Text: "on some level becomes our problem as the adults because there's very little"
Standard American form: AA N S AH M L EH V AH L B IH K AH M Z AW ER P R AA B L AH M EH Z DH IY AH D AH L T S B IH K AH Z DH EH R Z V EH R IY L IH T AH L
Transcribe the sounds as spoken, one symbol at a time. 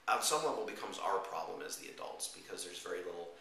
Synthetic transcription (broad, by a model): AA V S AH M W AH W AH L B IH K AH M Z AW ER P R AA B L AH M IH Z DH IY AH D AH L T S B IH K AH Z DH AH R Z V EH R IY L IH T L